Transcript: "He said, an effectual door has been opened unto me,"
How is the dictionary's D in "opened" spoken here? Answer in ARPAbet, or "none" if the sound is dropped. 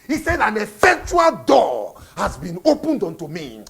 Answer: D